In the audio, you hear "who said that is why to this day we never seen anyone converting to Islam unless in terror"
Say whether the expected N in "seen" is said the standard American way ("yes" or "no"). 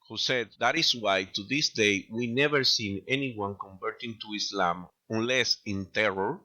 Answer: yes